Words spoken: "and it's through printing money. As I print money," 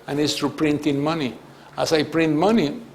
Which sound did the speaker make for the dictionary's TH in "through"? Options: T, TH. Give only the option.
T